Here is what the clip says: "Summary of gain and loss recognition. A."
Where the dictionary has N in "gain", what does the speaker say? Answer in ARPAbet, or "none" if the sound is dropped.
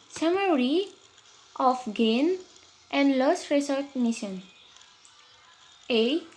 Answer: N